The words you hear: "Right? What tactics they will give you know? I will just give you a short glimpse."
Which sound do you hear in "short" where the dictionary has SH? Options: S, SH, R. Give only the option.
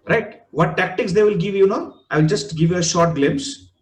SH